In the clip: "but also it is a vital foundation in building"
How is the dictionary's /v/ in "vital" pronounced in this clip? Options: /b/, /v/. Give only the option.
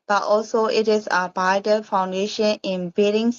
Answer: /b/